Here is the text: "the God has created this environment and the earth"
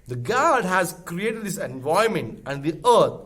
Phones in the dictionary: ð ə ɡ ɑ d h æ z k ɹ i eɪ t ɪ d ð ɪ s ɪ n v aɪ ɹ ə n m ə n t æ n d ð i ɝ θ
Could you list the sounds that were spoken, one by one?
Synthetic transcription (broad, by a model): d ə ɡ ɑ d h æ z k ɹ i eɪ t ɪ d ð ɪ s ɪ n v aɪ ə m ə n t æ n d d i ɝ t